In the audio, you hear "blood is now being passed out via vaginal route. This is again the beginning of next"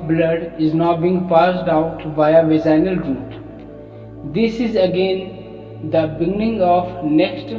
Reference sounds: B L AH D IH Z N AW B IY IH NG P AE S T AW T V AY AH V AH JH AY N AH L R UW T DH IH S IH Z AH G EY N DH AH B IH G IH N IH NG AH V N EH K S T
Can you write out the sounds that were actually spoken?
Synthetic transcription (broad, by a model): B L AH D IH Z N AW B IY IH NG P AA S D AW T B AY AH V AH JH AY N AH L R UW T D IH S IH Z AH G EY N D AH B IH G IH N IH NG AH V N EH K S T